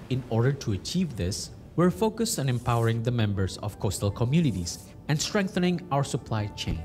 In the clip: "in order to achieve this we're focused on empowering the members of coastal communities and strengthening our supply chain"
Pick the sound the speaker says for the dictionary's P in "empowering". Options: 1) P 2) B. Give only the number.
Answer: 1